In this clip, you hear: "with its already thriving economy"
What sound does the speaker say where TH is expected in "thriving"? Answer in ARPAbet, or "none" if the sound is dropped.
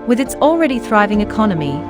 TH